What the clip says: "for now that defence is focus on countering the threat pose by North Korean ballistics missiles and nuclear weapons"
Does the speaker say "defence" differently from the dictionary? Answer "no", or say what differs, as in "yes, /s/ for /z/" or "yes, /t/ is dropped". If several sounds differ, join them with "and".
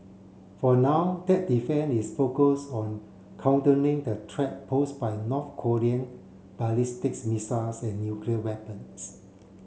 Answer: yes, /s/ is dropped